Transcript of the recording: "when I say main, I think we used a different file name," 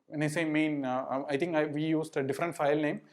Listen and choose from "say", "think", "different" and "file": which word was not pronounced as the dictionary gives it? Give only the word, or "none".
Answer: think